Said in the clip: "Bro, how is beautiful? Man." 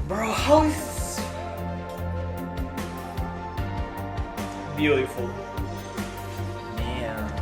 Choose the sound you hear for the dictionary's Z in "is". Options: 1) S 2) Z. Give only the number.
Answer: 1